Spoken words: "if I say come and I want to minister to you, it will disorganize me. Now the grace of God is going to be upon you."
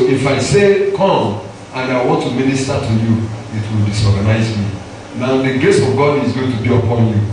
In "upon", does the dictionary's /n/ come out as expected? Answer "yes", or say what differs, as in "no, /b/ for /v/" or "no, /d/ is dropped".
yes